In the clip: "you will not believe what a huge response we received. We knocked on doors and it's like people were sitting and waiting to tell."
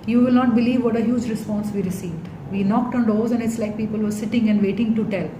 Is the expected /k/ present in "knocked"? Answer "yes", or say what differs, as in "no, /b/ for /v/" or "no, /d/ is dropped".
yes